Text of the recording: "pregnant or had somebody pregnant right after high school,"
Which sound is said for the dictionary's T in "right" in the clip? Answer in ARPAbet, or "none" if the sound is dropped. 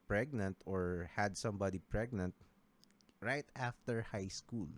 T